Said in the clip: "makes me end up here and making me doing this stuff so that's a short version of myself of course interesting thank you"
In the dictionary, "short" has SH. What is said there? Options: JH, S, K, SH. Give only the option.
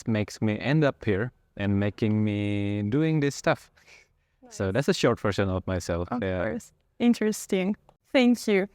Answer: SH